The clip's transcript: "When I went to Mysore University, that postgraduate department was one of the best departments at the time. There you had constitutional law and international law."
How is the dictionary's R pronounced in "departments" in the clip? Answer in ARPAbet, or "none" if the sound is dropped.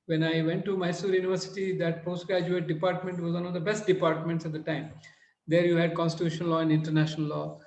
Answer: R